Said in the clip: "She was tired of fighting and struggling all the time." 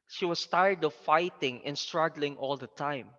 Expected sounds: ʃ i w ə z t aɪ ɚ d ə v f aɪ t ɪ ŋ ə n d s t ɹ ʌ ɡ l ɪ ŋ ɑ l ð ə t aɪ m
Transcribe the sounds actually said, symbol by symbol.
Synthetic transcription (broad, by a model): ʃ i w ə s t aɪ ɚ d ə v f aɪ t ɪ ŋ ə n s t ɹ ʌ ɡ l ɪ ŋ ɑ l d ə t aɪ m